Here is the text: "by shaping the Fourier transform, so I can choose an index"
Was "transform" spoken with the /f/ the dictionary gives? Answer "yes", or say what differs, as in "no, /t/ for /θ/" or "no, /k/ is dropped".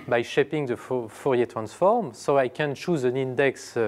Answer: yes